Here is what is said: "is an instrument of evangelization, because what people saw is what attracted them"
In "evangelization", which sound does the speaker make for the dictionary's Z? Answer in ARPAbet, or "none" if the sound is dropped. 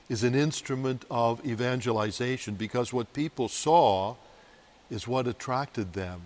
Z